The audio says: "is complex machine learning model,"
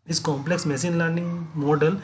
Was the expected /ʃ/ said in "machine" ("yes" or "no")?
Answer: no